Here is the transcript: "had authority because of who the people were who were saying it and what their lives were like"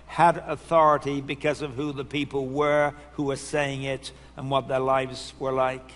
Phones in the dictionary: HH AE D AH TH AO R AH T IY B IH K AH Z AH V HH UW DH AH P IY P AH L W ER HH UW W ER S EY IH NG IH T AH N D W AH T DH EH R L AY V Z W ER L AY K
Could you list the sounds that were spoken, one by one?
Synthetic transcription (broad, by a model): HH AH D AH TH AO R AH T IY B IH K AH Z AH V HH UW DH AH P IY P L W ER HH UW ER S EY IH NG IH T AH N W AH T DH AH R L AY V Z W ER L AY K